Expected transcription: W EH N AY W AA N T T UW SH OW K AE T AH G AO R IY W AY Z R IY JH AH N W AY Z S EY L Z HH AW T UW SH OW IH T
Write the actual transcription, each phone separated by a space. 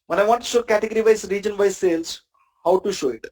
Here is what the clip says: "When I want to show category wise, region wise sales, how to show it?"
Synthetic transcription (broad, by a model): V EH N AY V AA N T T UW SH OW K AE T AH G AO R IY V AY S R IY JH AH N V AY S EY L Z HH AW T UW SH OW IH T